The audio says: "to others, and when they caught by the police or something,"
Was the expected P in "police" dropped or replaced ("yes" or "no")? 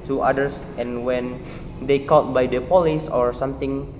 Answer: no